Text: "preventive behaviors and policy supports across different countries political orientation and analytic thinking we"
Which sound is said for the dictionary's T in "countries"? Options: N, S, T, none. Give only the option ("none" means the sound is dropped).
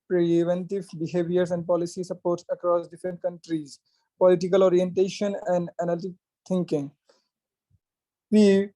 T